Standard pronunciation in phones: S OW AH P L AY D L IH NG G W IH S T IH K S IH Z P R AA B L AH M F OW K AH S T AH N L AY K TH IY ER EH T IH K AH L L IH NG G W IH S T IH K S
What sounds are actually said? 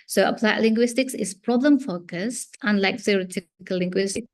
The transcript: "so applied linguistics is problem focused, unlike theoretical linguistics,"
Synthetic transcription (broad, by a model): S OW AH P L AY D L IH NG G W IH S T IH K S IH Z P R AA B L AH M F OW K AH S T AH N L AY K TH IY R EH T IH K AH L L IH NG G W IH S T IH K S